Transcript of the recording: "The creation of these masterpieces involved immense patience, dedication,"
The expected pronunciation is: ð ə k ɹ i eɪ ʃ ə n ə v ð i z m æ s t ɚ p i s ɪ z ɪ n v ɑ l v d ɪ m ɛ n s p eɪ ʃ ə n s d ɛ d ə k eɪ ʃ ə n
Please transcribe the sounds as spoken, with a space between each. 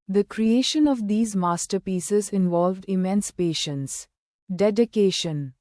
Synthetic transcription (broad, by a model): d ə k ɹ i eɪ ʃ ə n ə v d i z m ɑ s t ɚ p i s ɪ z ɪ n v ɑ l v d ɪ m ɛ n s p eɪ ʃ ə n s d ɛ d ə k eɪ ʃ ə n